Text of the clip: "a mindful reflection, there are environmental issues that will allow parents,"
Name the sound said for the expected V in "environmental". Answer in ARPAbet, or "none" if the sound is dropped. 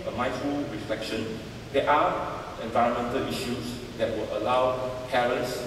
V